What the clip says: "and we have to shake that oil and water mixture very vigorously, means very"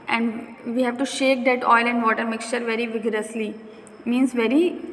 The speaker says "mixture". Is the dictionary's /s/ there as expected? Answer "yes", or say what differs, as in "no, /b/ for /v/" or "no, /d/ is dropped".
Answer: yes